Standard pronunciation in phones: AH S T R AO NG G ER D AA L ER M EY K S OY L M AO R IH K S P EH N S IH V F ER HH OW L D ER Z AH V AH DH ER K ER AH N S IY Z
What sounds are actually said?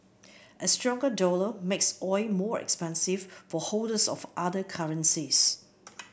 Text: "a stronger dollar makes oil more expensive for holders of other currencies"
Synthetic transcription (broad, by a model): AH S T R AO NG G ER D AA L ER M EY K S OY M AO R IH K S P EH N S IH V F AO HH OW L D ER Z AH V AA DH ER K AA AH N S IY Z